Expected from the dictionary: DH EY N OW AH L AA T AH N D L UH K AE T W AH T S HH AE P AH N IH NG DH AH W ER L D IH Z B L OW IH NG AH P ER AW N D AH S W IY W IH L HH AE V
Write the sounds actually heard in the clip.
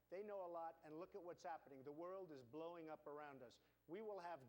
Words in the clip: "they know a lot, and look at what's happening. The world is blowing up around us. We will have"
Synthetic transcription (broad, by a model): DH EY N OW AH L AA T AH N L UH K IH T W AH T S HH AE P AH N IH NG DH AH W ER L D IH Z B L OW IH NG AH P ER AW N D AH S W IY W IH L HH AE V